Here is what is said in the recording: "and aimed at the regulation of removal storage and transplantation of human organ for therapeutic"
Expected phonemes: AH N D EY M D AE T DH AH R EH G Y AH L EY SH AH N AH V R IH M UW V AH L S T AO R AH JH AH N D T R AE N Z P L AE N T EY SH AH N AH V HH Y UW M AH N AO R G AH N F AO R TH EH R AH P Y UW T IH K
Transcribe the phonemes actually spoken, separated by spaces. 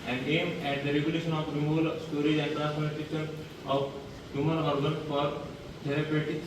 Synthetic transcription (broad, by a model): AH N D EY M AE T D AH R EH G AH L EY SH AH N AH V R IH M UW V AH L S T AO R AH JH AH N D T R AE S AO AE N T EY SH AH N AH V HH Y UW M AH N AO R G AH N F AO R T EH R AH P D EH T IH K